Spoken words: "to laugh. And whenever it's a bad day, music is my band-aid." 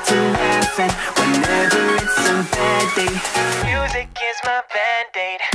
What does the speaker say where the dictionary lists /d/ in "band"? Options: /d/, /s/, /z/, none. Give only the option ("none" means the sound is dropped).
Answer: /d/